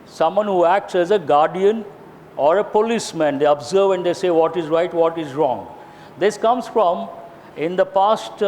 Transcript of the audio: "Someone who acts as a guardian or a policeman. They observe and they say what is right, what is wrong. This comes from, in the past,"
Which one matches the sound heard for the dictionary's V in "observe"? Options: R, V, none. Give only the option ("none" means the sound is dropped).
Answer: V